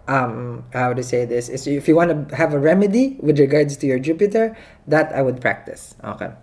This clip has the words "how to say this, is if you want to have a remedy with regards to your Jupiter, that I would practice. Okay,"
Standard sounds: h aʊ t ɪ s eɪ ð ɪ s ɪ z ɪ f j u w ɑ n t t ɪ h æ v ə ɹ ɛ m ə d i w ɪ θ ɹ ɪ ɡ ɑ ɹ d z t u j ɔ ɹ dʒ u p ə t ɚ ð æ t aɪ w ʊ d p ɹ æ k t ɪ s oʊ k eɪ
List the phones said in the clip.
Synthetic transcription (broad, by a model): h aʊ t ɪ s eɪ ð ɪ s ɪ s ɪ f j u w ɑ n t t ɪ h æ v ə ɹ ɛ m ə d i w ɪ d ɹ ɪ ɡ ɑ ɹ d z t u j ɔ ɹ dʒ u p ə t ɚ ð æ t aɪ w ʊ d p ɹ æ k t ɪ s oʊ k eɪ